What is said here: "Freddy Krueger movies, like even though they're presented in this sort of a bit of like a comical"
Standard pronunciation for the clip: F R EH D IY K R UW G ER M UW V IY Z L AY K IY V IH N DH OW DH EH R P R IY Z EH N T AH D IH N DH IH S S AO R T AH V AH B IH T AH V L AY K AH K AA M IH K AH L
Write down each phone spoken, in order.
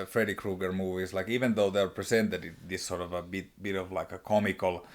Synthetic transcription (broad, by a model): F R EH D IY K R UW G ER M UW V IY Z L AY K IY V IH N DH OW DH EH R P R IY S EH N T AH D IH N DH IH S S AO R T AH V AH B IH T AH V L AY K AH K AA M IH K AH L